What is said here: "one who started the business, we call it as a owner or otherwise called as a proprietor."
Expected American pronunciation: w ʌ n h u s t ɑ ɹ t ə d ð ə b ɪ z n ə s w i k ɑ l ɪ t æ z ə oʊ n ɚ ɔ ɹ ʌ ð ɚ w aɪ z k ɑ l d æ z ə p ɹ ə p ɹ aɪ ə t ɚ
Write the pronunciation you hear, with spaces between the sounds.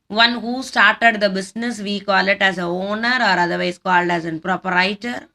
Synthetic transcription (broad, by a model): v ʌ n h u s t ɑ ɹ t ə d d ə b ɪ s n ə s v i k ɑ l ɪ t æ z ə oʊ n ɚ ɔ ɹ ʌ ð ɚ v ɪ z k ɑ l d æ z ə p ɹ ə p ɹ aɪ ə t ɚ